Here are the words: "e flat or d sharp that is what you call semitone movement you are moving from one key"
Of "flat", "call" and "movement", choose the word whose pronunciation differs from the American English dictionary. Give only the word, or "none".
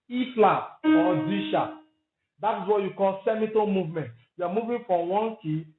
flat